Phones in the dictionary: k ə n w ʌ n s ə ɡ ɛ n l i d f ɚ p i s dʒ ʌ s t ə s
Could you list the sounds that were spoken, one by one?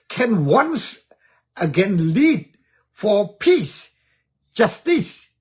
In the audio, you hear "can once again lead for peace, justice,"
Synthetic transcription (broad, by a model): k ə n w ʌ n s ə ɡ ɛ n l i d f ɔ p i s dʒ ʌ s t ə s